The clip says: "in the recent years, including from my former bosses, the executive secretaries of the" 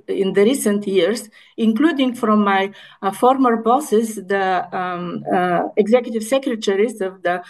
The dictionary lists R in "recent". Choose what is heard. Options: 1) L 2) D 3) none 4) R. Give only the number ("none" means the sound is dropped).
4